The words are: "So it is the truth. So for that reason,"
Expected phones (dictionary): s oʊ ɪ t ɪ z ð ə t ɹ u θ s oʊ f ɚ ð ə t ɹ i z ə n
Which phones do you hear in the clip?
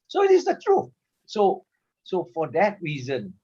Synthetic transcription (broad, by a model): s oʊ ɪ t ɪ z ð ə t ɹ u s s oʊ f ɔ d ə t ɹ i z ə n